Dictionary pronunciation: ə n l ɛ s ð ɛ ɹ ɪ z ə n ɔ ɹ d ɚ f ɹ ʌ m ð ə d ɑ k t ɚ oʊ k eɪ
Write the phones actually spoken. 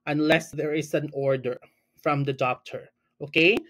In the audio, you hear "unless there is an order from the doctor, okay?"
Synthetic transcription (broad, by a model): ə n l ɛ s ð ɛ ɹ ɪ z ə n ɔ ɹ d ɚ f ɹ ʌ m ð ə d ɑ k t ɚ oʊ k eɪ